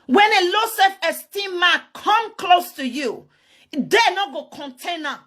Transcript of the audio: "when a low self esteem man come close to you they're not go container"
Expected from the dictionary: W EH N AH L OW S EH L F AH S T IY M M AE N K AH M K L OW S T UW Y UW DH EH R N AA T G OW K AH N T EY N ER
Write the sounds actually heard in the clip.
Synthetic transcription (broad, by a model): W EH N AH L OW S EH F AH S T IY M M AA K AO M K L OW S T UW Y UW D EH N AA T G OW K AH N T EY N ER